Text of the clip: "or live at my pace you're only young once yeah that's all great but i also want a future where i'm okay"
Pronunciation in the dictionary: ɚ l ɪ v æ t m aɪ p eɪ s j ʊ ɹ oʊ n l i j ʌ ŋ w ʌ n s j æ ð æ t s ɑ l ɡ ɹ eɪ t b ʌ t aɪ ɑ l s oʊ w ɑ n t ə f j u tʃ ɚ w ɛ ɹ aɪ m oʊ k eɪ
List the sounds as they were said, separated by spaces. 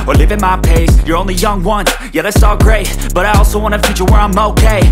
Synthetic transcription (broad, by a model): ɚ l ɪ v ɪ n m aɪ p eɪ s j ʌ ɹ oʊ n l i j ʌ ŋ w ʌ n j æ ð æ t s ɑ l ɡ ɹ eɪ t b ʌ t aɪ ɑ l s oʊ w ɑ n ə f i tʃ ɚ w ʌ ɹ aɪ m oʊ k eɪ